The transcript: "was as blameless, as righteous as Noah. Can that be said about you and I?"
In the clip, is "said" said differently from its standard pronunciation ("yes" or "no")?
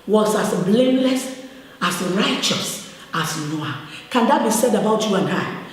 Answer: no